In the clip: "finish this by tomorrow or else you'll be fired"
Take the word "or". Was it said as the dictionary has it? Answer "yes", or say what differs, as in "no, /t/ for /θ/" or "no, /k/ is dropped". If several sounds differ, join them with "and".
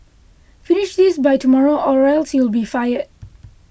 yes